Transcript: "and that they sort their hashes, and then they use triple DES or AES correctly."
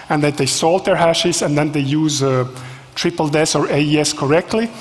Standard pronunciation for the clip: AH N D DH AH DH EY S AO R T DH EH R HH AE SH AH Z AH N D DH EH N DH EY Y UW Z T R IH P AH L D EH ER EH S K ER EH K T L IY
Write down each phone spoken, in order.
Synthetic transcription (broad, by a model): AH N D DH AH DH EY S AO L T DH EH R HH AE SH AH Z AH N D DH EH N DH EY Y UW Z T R IH P AH L D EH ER EH S K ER EH K T L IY